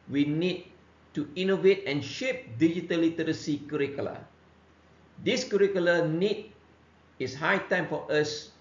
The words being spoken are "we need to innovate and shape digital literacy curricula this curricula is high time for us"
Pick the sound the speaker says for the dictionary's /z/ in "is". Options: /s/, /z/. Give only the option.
/s/